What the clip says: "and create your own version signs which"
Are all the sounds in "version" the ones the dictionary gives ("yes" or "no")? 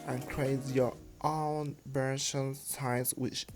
no